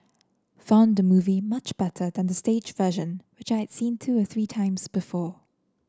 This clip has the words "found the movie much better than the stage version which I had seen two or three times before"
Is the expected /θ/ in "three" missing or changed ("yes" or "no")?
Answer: no